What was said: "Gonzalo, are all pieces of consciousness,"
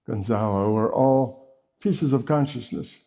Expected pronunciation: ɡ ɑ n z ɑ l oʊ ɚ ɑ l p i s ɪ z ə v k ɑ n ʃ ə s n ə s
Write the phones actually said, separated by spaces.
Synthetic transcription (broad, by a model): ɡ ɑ n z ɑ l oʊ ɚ ɑ l p i s ɪ z ə v k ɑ n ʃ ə s n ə s